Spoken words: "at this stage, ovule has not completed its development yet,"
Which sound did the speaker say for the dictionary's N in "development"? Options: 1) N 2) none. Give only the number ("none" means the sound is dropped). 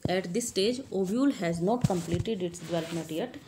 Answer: 2